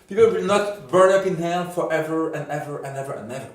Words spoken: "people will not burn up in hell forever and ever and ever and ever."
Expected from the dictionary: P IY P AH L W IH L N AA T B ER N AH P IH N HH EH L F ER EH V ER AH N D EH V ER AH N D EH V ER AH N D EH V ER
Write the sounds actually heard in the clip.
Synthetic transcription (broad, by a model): P IY P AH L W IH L N AA T B ER N AH P IH N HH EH N F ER EH V ER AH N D EH V ER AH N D EH V ER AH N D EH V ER